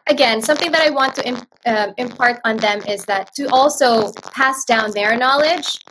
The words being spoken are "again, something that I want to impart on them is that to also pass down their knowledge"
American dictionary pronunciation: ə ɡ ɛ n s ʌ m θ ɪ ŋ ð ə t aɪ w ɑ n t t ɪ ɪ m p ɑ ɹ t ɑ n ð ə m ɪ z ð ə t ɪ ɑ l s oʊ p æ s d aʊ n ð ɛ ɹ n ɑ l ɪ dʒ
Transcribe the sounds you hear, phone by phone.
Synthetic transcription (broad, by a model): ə ɡ ɛ n s ʌ m θ ɪ ŋ ð ə t aɪ w ɑ n t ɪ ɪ ɪ m p ɑ ɹ t n ð ə m ɪ z ð ə t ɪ ɑ l s oʊ p æ s d aʊ n ð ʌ ɹ n ɑ l ɪ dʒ